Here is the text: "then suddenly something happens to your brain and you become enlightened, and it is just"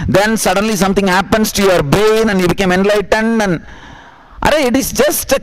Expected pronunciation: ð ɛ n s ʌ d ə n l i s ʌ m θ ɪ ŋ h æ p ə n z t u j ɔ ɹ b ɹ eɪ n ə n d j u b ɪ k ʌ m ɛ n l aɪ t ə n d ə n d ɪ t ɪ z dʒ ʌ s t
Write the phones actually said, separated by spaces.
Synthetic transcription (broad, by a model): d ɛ n s ʌ d ə n l i s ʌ m t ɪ ŋ h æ p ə n s t u j ɔ ɹ b ɹ eɪ n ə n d j u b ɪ k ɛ m ɛ n l aɪ t ə n d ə n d ɪ t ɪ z dʒ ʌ s t